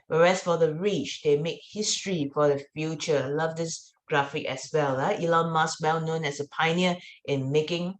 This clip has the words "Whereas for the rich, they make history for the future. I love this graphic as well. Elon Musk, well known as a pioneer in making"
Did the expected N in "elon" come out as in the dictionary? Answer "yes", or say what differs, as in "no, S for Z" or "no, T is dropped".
no, L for N